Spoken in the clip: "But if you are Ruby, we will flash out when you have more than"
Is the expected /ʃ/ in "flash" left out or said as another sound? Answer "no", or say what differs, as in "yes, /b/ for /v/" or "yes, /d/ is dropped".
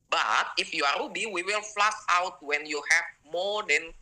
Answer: yes, /s/ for /ʃ/